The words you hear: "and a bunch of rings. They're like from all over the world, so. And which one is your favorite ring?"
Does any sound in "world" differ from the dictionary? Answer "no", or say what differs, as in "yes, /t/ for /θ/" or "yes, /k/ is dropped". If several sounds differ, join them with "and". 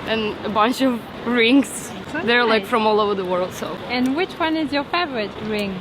no